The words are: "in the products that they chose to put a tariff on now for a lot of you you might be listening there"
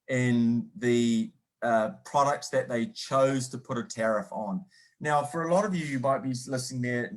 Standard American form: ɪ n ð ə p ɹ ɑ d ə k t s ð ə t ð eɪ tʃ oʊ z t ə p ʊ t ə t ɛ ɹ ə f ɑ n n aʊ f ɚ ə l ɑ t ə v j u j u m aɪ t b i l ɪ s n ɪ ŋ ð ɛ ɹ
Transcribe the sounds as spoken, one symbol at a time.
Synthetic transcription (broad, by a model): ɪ n ð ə p ɹ ɑ d ə k t s ð ə t ð eɪ tʃ oʊ z t ə p ʊ t ə t ɛ ɹ ə f n n aʊ f ɚ ə l ɑ t ə v j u j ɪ m aɪ t b i l ɪ s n ɪ ŋ ð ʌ ɹ